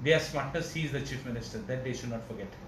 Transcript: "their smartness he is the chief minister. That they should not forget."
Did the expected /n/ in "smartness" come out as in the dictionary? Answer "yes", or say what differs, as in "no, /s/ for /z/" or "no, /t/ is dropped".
no, /n/ is dropped